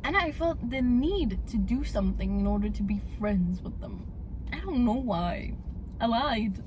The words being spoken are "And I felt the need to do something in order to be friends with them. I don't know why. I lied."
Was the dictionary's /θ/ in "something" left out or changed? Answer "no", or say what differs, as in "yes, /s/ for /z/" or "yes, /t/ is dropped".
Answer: no